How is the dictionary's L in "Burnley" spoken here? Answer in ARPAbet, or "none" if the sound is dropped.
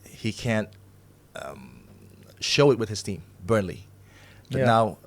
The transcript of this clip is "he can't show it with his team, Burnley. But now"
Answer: L